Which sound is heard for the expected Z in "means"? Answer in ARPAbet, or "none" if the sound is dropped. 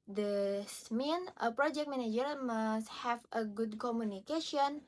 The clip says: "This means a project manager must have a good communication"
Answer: none